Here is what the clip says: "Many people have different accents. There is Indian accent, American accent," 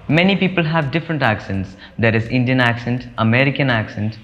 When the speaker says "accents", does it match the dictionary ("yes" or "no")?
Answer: yes